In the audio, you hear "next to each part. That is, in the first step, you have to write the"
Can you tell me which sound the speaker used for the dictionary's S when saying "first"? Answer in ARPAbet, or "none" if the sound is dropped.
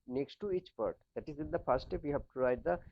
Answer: none